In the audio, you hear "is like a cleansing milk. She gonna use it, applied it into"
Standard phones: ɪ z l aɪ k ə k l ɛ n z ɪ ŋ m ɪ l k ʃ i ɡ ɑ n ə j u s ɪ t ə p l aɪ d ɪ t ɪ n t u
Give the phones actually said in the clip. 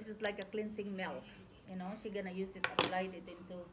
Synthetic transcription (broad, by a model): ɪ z l aɪ k ə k l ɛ n s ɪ ŋ m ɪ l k ʃ i ɡ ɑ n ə j u s ɪ t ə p l aɪ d ɪ t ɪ n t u